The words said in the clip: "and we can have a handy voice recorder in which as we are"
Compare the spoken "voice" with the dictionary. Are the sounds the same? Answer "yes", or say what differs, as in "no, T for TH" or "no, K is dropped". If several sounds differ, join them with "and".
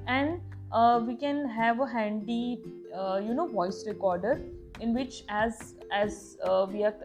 yes